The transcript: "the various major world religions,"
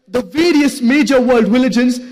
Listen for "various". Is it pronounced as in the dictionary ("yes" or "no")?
yes